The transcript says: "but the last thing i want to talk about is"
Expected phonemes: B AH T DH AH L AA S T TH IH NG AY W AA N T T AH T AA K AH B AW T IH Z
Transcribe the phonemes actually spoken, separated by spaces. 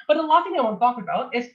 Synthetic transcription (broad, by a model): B AH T DH AH L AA T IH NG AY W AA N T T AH T AA K AH B AW T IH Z